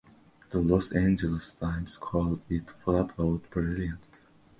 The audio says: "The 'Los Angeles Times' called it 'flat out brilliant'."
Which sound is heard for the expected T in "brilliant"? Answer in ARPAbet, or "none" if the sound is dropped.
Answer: none